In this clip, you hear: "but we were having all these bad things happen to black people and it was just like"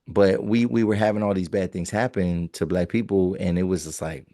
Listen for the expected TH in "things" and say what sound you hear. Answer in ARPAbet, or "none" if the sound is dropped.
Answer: TH